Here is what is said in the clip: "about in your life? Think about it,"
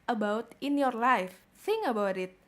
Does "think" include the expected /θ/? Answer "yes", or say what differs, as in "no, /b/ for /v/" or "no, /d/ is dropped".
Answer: no, /s/ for /θ/